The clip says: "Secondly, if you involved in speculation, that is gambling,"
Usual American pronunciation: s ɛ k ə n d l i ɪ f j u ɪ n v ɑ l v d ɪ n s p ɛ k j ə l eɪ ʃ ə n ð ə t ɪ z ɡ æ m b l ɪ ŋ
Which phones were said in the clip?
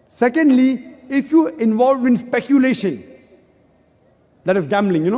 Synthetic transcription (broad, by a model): s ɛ k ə n d l i ɪ f j u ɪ n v ɑ l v ɪ n s p ɛ k j ə l eɪ ʃ ə n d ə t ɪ ɡ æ m b l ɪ ŋ